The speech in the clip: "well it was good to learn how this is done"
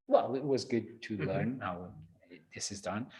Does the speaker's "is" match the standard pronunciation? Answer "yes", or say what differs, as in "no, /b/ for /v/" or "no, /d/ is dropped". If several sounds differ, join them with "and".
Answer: yes